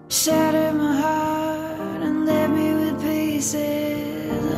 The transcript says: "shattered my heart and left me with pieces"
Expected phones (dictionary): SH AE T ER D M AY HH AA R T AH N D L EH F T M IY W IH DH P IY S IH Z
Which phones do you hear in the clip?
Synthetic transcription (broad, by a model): SH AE T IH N M AY HH AA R T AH N L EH T M IY W IH DH P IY S IH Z